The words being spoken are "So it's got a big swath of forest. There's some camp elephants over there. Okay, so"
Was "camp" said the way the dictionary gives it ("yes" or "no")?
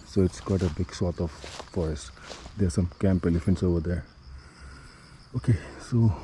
yes